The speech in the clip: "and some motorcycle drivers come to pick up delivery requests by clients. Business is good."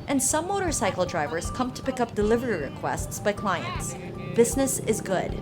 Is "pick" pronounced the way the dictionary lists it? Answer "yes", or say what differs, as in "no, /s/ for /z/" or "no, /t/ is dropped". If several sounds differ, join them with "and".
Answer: yes